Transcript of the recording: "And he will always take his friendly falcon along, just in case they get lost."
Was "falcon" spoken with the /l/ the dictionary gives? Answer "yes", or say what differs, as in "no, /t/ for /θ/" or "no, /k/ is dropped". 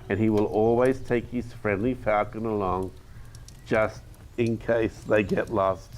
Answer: no, /l/ is dropped